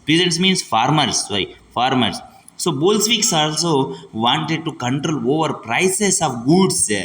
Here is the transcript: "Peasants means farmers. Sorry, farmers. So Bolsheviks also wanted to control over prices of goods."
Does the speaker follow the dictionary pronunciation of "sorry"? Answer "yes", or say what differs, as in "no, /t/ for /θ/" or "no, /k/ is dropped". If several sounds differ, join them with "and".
no, /ɹ/ is dropped